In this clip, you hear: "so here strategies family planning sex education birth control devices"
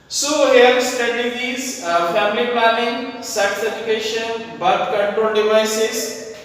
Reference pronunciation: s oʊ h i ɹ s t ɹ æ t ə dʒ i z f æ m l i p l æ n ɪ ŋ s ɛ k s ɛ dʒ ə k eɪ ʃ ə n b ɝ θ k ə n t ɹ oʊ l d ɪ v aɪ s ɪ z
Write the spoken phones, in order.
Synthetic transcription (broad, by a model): s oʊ h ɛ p s t ɹ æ t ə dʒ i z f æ m l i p ɑ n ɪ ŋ s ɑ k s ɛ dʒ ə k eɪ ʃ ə n b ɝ t k ə n t ɹ oʊ l d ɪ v aɪ s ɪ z